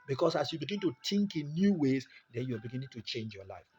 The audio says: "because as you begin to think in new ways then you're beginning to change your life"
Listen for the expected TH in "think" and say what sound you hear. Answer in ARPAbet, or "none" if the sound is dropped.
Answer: T